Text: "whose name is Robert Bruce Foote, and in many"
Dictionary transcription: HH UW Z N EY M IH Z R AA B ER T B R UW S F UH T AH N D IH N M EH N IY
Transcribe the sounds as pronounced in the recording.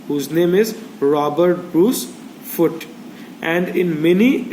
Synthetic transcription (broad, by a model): HH UW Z N EY M IH Z R AA B ER T B R UW S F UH T AH N D IH N M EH N IY